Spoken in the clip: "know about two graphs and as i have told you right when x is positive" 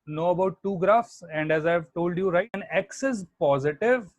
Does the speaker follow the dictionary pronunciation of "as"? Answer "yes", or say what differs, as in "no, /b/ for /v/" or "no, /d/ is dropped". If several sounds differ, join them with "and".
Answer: yes